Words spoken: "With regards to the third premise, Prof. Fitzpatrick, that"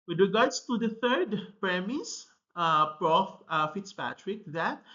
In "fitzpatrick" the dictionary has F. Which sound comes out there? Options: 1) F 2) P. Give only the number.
1